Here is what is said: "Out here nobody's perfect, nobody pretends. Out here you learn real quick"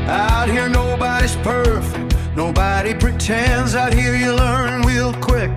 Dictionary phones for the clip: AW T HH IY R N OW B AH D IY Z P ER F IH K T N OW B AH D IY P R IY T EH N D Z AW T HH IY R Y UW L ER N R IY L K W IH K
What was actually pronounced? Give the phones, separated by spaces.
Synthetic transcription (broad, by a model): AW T HH IY R N OW B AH D IY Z P ER F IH K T N OW B AH D IY P R IY T EH N D Z AW T HH IY R Y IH L ER N W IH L K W IH K